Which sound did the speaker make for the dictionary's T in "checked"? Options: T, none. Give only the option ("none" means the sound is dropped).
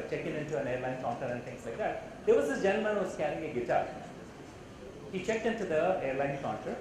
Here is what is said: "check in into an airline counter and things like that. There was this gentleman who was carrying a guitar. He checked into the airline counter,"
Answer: T